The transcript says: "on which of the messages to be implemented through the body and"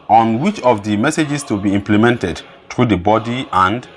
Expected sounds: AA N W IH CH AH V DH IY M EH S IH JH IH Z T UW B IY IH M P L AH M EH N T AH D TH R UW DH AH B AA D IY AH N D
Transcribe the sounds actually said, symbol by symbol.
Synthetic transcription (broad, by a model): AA N W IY CH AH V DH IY M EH S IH JH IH S T UW B IY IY M P L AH M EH N T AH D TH R UW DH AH B AA D IY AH N D